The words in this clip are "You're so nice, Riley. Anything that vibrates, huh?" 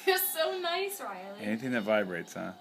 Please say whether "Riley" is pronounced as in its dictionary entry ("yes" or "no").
no